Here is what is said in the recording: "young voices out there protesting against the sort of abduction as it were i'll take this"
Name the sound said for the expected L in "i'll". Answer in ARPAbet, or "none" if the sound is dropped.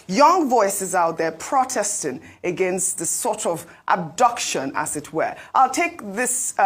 L